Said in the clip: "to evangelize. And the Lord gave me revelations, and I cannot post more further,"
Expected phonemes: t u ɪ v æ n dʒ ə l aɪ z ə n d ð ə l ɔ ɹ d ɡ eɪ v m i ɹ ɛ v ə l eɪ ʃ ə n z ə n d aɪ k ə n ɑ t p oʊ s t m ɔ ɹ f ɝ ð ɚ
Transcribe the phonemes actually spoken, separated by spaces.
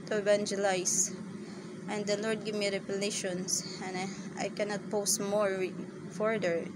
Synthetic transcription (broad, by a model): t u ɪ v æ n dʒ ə l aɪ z ə n d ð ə l ɔ ɹ d ɡ eɪ v m i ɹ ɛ p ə l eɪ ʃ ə n s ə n aɪ k ə n ɑ t p oʊ s t m ɔ ɹ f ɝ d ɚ